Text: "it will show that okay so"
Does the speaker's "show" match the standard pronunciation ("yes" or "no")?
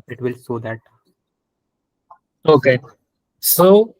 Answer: no